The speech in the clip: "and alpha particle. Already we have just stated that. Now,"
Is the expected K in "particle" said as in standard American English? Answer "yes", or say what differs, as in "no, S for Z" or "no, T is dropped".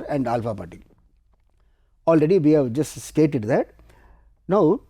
no, K is dropped